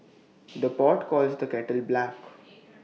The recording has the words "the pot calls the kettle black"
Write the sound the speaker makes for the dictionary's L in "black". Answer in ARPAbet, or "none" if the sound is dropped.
L